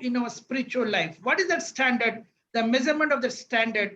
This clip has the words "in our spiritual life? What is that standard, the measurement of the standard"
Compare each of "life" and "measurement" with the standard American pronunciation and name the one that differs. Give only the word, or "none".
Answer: measurement